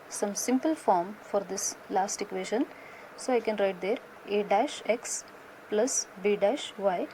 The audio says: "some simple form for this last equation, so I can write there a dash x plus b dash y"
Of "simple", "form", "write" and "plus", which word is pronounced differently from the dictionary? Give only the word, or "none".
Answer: none